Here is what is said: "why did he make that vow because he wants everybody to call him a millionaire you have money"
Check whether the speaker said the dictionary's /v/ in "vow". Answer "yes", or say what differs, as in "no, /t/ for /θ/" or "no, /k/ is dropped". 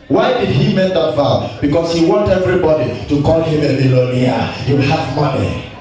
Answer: no, /f/ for /v/